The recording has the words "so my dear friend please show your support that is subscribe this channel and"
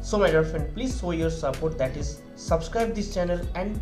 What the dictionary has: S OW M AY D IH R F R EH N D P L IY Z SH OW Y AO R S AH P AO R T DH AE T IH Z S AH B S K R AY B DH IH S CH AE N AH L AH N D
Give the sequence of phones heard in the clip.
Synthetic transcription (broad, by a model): S OW M AY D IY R F R EH N D P L IY Z S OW Y AO R S AH P AO R T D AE T IH Z S AH B S K R AY B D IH S CH AE N AH L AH N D